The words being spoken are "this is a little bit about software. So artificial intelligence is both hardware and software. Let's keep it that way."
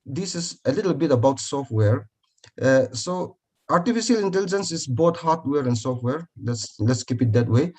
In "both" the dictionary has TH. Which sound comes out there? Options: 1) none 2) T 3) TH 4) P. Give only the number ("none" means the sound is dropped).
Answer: 2